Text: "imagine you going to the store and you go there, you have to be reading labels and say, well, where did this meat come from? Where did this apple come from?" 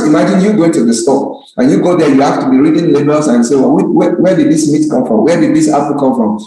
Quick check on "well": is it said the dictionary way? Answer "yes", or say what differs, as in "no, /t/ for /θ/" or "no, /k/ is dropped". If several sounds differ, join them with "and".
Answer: no, /w/ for /l/